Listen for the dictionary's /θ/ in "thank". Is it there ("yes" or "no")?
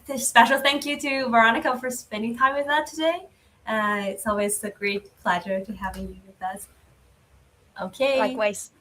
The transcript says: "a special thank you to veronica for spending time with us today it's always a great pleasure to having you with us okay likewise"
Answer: yes